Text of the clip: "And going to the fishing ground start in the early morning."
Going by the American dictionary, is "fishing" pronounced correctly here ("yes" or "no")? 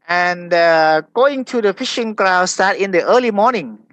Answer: yes